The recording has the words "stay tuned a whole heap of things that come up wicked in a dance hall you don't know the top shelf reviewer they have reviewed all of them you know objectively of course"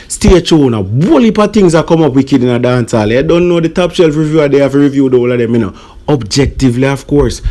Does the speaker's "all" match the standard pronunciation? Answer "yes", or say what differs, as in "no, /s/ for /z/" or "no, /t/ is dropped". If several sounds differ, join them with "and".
yes